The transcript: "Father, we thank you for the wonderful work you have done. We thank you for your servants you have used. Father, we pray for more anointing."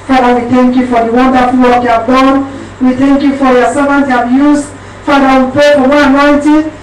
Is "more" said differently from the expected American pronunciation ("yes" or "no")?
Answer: yes